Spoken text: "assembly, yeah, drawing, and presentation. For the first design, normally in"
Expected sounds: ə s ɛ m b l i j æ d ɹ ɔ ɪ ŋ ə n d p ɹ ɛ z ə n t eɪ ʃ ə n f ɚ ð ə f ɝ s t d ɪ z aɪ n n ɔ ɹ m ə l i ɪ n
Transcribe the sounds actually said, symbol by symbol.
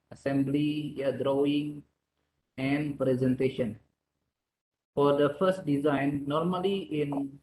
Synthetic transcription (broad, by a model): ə s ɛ m b l i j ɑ d ɹ ɔ ɪ ŋ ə n p ɹ ɛ z ə n t eɪ ʃ ə n f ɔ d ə f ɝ s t d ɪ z aɪ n n ɔ ɹ m ə l i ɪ n